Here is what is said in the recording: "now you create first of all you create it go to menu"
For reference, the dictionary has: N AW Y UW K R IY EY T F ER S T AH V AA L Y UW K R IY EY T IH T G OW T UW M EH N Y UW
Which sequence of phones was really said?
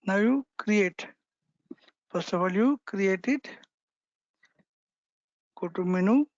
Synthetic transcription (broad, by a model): N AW Y UW K R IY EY T P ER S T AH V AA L Y UW K R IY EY T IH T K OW T UW M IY N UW